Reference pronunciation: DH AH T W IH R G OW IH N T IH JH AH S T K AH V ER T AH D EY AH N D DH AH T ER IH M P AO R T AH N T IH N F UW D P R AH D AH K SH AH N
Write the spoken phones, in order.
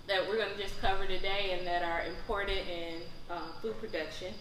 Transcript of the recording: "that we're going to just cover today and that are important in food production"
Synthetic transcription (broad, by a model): DH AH T W IH R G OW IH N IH JH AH S K AH V ER T AH D EY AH N DH AH T ER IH M P AO R T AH T IH N F UW D P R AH D AH K SH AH N